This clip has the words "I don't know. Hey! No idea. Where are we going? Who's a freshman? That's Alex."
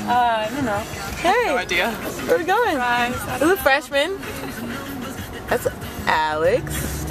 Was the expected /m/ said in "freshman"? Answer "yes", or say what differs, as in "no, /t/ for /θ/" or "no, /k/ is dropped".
yes